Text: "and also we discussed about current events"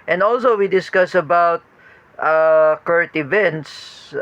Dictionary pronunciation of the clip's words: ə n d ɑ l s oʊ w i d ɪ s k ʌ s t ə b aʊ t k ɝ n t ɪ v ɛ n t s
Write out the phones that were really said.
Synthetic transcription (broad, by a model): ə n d ɑ l s oʊ w i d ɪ s k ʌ s ə b aʊ t k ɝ t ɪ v ɛ n t s